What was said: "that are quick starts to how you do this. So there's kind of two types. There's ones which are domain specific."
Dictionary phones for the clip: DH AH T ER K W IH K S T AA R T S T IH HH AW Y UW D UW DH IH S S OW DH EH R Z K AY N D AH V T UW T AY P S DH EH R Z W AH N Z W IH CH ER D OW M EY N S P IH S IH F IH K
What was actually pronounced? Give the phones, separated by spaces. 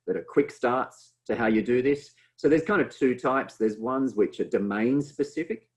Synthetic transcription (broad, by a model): DH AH T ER K W IH K S T AA R T S T IH HH AW Y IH D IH DH IH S S OW DH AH R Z K AY N D AH V T UW T AY P S DH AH R Z W AH N Z W IH CH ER D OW M EY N S P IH S IH F IH K